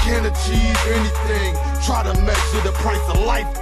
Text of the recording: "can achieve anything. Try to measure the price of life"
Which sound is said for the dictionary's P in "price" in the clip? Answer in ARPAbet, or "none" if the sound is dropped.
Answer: P